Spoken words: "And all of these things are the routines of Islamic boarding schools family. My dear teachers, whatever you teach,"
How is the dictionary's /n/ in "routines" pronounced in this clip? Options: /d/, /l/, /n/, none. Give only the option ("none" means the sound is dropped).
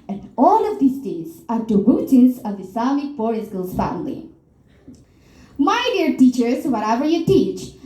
none